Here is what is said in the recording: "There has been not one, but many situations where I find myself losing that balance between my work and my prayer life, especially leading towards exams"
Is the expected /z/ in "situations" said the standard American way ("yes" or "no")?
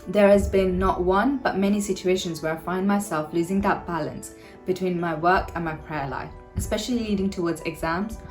yes